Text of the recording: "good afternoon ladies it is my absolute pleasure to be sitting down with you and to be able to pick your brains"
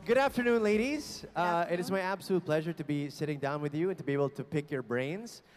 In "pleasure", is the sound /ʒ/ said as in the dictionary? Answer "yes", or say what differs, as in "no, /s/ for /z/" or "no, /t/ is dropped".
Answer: yes